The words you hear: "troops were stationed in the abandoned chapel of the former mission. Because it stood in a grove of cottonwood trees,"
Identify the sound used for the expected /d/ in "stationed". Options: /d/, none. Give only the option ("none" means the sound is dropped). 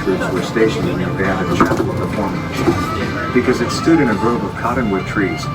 none